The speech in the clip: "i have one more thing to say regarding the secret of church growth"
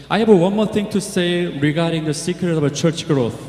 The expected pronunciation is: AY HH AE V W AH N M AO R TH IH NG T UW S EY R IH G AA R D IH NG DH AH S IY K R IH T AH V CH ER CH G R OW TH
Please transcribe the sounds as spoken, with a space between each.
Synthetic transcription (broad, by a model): AY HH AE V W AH N M AO R T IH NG T UW S EY R IH G AA R D IH NG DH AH S IY K R IH T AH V CH ER CH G R OW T